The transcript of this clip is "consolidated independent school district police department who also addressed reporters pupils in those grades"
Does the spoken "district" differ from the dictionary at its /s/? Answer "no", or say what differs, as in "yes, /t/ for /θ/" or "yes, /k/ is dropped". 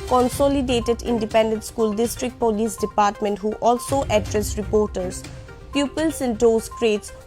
no